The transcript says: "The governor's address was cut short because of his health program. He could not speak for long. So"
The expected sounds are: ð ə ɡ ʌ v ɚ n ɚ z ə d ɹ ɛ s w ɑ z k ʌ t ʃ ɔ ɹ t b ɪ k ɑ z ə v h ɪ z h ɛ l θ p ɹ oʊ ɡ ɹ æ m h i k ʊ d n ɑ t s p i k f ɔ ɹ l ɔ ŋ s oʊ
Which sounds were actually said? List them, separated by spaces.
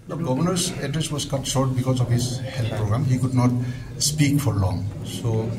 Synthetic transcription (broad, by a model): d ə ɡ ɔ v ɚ n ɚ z ə d ɹ ɛ s w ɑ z k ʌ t s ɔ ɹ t b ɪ k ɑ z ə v h ɪ z h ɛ l t p ɹ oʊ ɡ ɹ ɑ m h i k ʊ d n ɑ t s p i k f ɔ ɹ l ɔ ŋ s oʊ